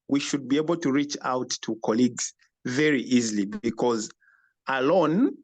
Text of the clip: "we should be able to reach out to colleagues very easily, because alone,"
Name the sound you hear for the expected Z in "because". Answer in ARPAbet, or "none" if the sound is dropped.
Z